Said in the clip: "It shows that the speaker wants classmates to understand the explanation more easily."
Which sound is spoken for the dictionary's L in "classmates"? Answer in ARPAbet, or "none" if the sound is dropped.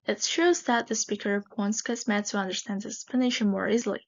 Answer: none